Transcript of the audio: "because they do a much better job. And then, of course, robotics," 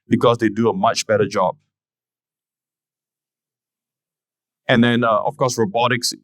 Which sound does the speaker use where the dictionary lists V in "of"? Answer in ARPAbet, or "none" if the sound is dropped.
F